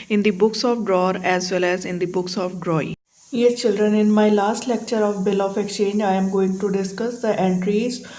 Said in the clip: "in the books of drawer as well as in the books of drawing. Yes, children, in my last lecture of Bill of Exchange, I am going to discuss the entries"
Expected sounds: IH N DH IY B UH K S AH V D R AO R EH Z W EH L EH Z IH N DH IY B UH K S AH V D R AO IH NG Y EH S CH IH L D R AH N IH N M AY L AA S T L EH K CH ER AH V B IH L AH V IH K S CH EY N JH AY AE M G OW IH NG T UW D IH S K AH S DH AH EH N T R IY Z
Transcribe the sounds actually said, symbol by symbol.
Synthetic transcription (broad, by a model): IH N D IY B UH K S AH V D R AO R EH Z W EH L EH Z IH N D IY B UH K S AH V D R AO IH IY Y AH CH IH L D R AH N IH N M AY L AA S T L EH K CH ER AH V B IH L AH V IH K S CH EY N JH AY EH M G OW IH NG T UW D IH S K AH S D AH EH N T R IY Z